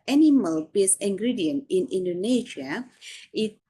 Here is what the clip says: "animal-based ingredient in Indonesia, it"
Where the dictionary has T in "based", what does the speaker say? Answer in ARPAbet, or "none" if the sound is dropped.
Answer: none